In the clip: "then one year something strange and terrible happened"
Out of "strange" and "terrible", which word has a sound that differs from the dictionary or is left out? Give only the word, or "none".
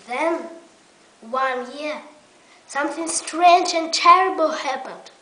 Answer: none